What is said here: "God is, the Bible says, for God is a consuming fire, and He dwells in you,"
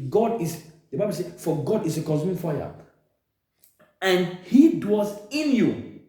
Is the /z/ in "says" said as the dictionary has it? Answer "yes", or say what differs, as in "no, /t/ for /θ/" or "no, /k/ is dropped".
no, /z/ is dropped